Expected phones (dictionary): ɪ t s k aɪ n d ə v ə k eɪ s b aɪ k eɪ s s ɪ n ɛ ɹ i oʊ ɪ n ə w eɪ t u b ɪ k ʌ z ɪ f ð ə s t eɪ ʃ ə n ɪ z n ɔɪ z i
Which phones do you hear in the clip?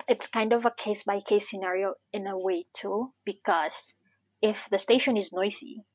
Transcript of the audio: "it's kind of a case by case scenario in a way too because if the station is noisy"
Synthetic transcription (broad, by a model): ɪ t s k aɪ n d ə v ə k eɪ s b aɪ k eɪ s s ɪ n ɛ ɹ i oʊ ɪ n ə w eɪ t u b ɪ k ʌ z ɪ f ð ə s t eɪ ʃ ə n ɪ z n ɔɪ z i